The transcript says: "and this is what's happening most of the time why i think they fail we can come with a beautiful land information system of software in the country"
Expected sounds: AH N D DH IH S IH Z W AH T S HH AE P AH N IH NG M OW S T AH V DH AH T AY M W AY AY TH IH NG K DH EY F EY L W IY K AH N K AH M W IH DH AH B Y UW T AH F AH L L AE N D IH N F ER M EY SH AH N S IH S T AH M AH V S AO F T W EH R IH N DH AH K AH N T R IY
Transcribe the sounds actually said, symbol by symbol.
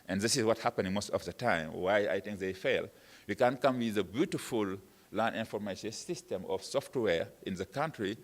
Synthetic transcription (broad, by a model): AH N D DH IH S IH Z W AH T HH AE P AH N IH NG M OW S T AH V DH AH T AY M W AY AY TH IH NG K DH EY F EY L W IY K AH N K AH M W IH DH AH B Y UW T AH F AH L L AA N IH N F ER M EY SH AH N S IH S T AH M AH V S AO F T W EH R IH N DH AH K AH N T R IY